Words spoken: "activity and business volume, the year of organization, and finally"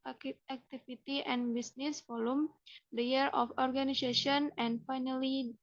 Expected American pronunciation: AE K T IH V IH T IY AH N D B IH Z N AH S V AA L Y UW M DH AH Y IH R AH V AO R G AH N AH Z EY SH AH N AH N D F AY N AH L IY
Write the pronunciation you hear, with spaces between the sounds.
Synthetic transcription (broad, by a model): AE K T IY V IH T IY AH N B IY S N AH S F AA L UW M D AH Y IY R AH F AO R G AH N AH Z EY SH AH N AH N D F AY N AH L IY